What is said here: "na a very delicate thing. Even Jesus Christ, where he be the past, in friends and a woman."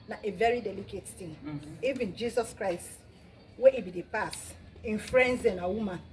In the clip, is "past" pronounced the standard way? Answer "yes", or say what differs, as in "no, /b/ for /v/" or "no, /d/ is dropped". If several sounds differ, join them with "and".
no, /t/ is dropped